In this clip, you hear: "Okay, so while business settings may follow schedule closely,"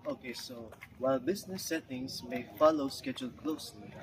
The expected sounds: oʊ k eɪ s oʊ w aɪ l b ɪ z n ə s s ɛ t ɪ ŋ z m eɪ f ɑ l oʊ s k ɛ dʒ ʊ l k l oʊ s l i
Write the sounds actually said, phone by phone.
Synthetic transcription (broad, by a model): oʊ k eɪ s oʊ w aɪ l b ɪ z n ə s s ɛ t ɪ ŋ s m eɪ f ɑ l oʊ s k ɛ dʒ ʊ l k l oʊ s l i